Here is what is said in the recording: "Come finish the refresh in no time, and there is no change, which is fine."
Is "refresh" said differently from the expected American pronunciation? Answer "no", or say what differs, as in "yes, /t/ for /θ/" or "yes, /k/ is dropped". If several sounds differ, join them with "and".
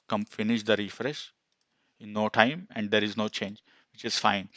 no